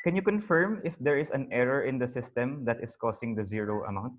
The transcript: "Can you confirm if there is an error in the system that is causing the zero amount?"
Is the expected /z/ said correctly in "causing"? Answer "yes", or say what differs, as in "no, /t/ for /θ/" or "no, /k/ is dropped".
no, /s/ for /z/